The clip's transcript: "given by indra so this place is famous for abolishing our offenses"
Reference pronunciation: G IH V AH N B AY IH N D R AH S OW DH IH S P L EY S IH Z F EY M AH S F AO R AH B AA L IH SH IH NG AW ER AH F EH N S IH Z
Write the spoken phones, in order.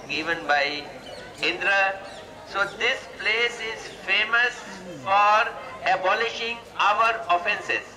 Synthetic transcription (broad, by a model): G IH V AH N B AY IH N D R AH S OW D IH S P L EY S IH Z F EY M AH S F AO R AH B AA L IH SH IH NG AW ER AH F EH N S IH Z